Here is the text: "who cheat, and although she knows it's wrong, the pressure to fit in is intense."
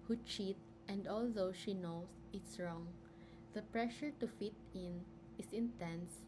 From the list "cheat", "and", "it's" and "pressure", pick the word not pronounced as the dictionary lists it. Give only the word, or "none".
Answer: none